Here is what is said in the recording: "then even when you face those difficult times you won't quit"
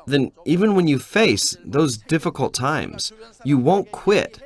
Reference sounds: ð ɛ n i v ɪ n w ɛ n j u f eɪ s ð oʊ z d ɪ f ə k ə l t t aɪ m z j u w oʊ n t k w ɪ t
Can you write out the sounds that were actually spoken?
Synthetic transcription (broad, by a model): ð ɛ n i v ɪ n w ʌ n j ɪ f eɪ s ð oʊ z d ɪ f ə k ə l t t aɪ m z j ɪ w oʊ n k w ɪ t